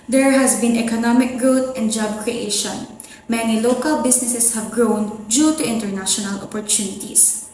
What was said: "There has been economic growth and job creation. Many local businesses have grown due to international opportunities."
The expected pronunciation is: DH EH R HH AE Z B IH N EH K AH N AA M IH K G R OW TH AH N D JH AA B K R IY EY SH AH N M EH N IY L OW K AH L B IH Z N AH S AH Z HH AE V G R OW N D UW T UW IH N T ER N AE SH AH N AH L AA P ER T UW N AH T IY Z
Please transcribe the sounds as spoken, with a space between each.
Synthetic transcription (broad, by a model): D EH R HH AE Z B IH N EH K AH N AA M IH K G R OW T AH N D JH AA B K R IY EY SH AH N M EH N IY L OW K AH L B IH S N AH S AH S HH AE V G R OW N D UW T UW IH N T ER N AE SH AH N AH L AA P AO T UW N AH T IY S